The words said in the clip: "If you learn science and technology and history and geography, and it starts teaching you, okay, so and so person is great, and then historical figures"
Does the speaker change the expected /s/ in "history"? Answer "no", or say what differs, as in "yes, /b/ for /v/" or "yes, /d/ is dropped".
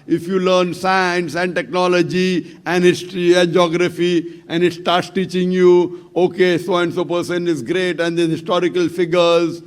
yes, /s/ is dropped